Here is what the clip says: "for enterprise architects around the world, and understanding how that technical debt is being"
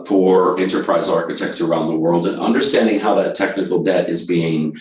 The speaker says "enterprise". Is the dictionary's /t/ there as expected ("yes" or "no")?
yes